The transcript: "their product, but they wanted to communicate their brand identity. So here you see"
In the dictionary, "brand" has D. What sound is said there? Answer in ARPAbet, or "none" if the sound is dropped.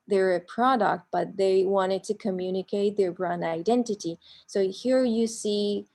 none